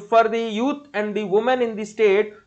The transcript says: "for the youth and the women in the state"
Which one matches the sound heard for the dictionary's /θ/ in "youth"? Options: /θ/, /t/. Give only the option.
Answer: /t/